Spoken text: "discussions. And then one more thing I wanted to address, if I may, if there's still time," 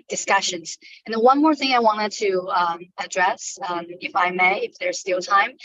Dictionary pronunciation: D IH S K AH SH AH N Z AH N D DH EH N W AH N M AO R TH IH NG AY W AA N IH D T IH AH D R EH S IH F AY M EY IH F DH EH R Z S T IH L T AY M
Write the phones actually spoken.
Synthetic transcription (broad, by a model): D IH S K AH SH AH N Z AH N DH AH W AH N M AO R TH IH NG AY W AA N IH D T IH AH D R EH S IH F AY M EY IH F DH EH R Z S T IH L T AY M